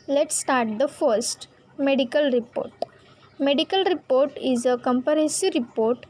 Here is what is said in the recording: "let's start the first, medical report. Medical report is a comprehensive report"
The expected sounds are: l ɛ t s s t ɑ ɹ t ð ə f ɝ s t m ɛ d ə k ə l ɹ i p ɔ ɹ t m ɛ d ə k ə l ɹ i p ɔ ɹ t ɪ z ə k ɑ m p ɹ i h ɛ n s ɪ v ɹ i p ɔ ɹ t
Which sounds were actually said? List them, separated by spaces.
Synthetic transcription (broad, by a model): l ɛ t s s t ɑ ɹ t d ə f ɝ s t m ɛ d ə k ə l ɹ i p ɔ ɹ t m ɛ d ə k ə l ɹ i p ɔ ɹ t ɪ z ə k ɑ m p i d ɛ s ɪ ɹ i p ɔ ɹ t